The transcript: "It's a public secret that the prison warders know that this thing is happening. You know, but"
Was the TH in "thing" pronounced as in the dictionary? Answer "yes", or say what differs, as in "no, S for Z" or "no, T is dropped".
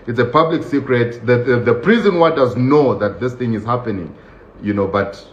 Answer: yes